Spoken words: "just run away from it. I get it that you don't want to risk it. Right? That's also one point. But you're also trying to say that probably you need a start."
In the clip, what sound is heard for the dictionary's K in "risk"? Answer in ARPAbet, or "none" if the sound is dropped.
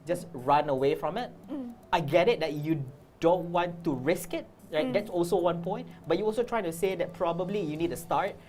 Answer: K